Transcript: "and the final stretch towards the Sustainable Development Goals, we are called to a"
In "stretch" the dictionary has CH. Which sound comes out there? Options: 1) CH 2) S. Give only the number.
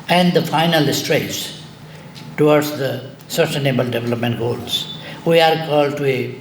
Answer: 2